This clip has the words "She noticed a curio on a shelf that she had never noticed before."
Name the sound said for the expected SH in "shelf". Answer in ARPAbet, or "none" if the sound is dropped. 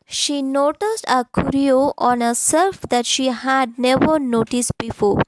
S